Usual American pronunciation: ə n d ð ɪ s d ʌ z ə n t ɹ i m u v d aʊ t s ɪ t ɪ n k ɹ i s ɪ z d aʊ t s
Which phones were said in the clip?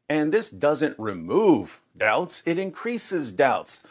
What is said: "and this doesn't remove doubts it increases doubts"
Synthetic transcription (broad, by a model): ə n ð ɪ s d ʌ z ə n t ɹ i m u v d aʊ t s ɪ t ɪ n k ɹ i s ɪ z d aʊ t s